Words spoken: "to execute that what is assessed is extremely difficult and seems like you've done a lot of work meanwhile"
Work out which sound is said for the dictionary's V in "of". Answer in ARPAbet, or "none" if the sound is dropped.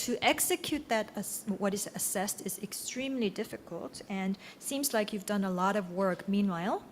V